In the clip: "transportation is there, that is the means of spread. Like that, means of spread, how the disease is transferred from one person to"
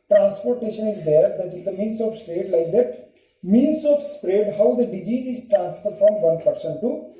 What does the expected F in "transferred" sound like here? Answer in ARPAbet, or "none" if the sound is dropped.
P